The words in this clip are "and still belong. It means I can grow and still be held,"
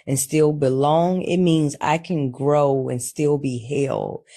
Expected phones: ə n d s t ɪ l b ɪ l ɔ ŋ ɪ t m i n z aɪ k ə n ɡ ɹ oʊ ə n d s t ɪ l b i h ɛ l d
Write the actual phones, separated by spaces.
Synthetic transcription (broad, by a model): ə n s t ɪ l b ɪ l ɔ ŋ ɪ t m i n z aɪ k ə n ɡ ɹ oʊ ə n s t ɪ l b i h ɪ l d